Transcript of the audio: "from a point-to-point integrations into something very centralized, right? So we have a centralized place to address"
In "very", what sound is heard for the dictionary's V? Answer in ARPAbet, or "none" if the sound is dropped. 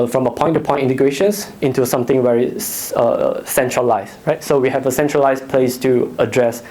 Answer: W